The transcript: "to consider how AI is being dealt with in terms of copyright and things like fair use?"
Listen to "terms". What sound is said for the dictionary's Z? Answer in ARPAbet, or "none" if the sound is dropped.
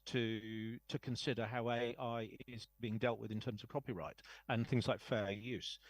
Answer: Z